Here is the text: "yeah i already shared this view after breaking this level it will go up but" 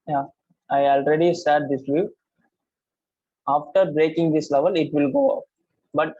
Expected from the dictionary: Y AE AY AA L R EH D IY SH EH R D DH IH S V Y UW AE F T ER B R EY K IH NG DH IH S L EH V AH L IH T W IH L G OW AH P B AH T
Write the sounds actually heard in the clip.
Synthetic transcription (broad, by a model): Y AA AY AA L R EH D IY S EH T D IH S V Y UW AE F T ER B R EY K IH NG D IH S L EH V AH L IH T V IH L G OW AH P B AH T